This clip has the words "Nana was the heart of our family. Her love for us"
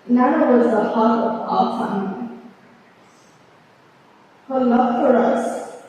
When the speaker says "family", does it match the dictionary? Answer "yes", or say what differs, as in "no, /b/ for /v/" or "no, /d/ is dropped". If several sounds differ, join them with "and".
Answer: no, /m/ is dropped